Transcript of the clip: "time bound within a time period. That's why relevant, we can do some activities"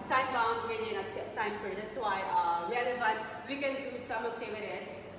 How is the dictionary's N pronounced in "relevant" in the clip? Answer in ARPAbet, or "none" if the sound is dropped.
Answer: none